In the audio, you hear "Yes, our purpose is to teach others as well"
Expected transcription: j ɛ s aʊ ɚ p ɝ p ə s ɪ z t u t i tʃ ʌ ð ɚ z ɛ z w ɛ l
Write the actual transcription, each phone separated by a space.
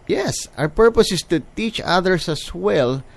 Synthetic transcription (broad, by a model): j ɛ s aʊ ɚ p ɝ p ə s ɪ s t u t i tʃ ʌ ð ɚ s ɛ s w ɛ l